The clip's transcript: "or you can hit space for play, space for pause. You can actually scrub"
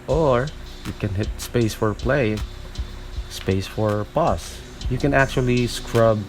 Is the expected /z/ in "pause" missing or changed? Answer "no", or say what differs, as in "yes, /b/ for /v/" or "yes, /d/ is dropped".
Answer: yes, /s/ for /z/